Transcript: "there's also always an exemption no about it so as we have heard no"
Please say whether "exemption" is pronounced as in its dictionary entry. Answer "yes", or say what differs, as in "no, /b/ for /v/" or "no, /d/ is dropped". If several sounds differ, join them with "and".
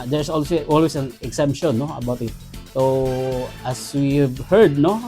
no, /s/ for /z/